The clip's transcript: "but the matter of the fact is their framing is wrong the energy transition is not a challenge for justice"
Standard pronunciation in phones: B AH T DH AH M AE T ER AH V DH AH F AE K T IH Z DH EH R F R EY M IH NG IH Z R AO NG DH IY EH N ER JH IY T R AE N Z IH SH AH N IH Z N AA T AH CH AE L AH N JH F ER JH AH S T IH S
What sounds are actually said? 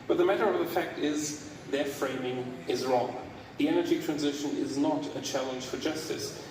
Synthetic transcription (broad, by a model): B AH T DH AH M AE T ER AH V DH AH F AE K T IH Z DH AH R F R EY M IH NG IH Z R AO NG DH IY EH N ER JH IY T R AE N Z IH SH AH N IH Z N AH T AH CH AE L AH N ZH F ER JH AH S T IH S